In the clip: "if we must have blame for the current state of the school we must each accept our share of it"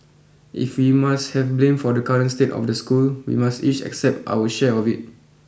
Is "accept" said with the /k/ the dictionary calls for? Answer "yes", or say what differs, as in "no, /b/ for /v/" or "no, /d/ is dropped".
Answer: yes